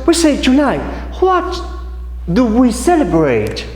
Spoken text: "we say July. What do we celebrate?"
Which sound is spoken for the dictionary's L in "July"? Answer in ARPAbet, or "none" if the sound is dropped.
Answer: N